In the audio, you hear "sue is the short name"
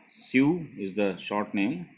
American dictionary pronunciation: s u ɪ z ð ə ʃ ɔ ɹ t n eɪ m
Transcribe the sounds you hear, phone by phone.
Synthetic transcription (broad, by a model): s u ɪ z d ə ʃ ɔ ɹ t n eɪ m